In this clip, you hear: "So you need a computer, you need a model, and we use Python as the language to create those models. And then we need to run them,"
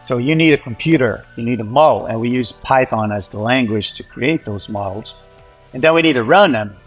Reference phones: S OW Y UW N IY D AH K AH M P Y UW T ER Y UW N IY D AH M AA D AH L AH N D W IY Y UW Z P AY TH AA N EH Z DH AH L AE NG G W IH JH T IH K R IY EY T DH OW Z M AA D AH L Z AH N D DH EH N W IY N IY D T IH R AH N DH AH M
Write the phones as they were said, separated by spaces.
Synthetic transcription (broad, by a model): S OW Y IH N IY D AH K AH M P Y UW T ER Y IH N IY D AH M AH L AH N W IY Y UW Z P AY TH AA N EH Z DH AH L AE NG G W IH JH T IH K R IY EY T DH OW Z M AA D L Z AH N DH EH N W IY N IY D T IH R AH N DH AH M